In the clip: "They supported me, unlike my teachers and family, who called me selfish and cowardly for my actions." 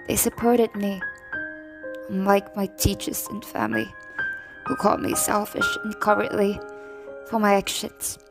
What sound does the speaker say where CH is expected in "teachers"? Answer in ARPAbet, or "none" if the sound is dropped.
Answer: CH